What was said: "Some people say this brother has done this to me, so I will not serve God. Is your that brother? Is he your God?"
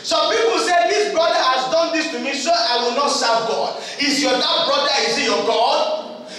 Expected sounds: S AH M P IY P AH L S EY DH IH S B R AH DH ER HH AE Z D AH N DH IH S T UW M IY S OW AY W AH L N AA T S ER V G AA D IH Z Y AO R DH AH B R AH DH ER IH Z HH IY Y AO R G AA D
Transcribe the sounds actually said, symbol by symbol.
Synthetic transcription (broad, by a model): S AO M P IY P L S EY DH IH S B R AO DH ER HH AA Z D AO N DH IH S T UW M IY S OW AY W AH L N AA T S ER V G AA D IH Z Y AO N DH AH B R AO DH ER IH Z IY Y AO G AA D